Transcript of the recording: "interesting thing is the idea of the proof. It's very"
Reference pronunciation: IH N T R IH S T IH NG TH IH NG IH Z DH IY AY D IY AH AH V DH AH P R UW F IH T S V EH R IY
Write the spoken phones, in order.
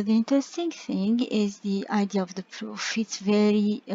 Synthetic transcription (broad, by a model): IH N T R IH S T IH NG TH IH NG IH Z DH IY AY D IY AH AH V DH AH P R UW F IH T S V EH R IY